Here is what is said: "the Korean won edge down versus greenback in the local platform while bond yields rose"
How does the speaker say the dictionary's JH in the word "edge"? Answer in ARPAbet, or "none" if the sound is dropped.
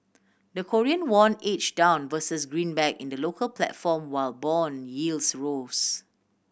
CH